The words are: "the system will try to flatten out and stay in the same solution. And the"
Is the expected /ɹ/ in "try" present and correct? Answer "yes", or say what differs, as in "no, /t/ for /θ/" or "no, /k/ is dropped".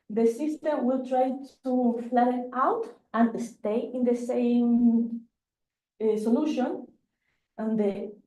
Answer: yes